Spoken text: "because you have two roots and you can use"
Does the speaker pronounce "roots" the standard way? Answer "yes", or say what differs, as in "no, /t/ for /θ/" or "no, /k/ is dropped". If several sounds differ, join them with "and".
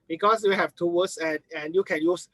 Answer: no, /w/ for /ɹ/